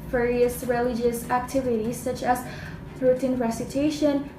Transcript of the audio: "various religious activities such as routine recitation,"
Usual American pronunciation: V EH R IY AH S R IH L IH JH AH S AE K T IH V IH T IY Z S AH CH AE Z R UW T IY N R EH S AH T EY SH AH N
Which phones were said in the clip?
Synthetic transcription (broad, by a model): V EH R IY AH S R IH L IH JH AH S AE K T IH V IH T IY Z S AH CH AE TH R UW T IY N R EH S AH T EY SH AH N